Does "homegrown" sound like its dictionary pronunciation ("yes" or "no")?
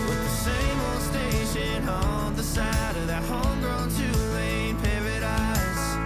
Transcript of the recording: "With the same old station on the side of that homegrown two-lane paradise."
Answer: yes